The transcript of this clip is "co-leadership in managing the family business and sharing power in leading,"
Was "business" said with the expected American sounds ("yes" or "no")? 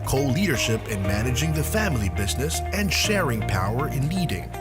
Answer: yes